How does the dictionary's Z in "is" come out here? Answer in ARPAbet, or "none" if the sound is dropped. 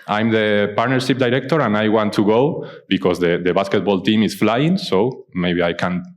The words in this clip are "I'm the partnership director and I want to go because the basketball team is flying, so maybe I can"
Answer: S